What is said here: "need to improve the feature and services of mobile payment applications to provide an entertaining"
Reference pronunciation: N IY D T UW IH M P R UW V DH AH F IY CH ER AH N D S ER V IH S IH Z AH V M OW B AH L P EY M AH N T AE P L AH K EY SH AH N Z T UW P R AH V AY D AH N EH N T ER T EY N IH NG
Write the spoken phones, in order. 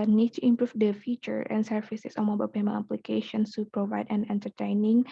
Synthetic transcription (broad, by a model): N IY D T UW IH M P R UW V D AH F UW CH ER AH N S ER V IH S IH S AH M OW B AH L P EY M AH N AE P L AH K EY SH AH N S T UW P R AH V AY D AH N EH N T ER T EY N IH NG